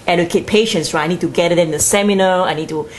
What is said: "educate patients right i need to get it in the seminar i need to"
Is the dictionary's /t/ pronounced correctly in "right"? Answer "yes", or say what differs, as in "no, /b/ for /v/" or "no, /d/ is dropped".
no, /t/ is dropped